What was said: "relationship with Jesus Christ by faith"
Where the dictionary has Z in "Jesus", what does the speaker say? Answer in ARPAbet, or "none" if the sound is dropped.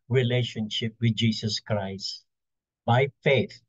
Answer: S